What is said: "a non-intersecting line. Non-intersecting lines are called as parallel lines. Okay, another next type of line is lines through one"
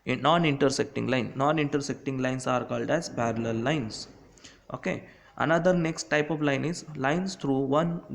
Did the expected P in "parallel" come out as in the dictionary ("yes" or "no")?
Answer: no